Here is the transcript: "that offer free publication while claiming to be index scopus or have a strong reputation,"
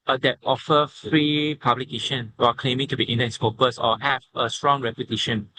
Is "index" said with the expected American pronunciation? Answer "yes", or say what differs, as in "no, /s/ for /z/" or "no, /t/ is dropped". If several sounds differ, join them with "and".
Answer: no, /k/ is dropped